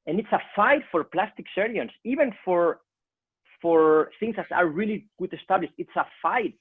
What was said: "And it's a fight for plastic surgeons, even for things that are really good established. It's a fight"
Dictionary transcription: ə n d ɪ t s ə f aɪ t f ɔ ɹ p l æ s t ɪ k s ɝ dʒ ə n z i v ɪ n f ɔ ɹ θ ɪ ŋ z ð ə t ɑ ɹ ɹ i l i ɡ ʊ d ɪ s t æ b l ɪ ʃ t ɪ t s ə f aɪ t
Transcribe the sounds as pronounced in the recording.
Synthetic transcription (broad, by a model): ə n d ɪ t s ə f aɪ t f ɔ ɹ p l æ s t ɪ k s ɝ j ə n s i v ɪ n f ɔ ɹ θ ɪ ŋ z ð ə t ɑ ɹ ɹ i l i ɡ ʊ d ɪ s t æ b l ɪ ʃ t ɪ t s ə f aɪ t